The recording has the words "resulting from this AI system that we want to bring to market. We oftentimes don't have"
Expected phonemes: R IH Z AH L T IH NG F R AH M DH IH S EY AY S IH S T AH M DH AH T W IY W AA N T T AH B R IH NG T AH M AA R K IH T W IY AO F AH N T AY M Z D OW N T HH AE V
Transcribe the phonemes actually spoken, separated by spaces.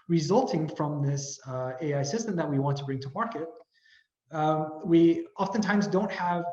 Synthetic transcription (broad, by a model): R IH Z AH L T IH NG F R AH M DH IH S EY AY S IH S T AH M DH AH T W IY W AA N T T AH B R IH NG T AH M AA R K IH T W IY AO F AH N T AY M Z D OW N T HH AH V